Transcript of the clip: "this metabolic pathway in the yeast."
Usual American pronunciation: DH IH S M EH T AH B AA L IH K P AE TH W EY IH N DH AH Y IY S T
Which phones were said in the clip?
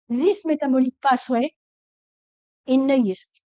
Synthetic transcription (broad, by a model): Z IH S M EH T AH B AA L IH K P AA S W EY IH N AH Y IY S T